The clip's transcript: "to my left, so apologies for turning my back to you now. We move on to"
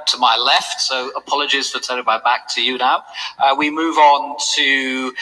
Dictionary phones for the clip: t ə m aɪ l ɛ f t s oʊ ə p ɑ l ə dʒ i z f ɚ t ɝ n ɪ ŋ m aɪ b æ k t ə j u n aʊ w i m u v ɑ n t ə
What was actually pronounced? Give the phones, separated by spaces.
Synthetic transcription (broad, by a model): t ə m aɪ l ɛ f t s oʊ ə p ɑ l ə dʒ i z f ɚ t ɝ l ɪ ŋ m aɪ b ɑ k t ə j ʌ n aʊ w i m u v n t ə